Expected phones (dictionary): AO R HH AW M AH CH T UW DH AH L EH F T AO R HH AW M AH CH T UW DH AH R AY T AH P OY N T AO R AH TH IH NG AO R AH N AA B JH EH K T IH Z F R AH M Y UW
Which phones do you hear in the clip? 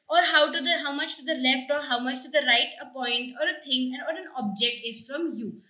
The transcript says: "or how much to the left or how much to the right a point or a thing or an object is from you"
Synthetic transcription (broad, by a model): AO R HH AW M AH CH T UW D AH L EH F T AO R HH AW M AH CH T UW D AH R AY T AH P OY N T AO R AH T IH NG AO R AH N AA B JH EH K T IH Z F R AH M Y UW